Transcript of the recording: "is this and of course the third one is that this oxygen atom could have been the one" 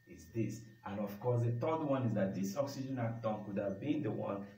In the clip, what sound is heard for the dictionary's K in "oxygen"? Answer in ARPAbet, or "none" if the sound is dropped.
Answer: K